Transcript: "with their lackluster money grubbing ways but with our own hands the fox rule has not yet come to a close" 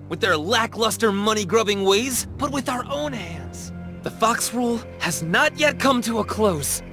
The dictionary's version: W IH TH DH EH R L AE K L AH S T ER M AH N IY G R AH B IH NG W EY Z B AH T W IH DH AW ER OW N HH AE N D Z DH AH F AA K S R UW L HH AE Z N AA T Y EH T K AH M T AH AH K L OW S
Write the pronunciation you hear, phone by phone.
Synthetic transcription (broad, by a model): W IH DH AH R L AE K L AH S T ER M AH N IY G R AH B IH NG W EY Z B AH T W IH DH AW ER OW N HH AE N D Z DH AH F AA K S R UW L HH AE Z N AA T Y EH T K AH M T AH AH K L OW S